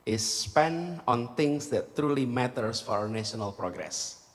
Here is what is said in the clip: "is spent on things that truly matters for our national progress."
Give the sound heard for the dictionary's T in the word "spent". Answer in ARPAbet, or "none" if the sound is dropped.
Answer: none